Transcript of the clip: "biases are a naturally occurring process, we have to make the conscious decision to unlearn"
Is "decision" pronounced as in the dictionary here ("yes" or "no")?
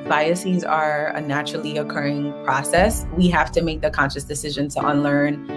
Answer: yes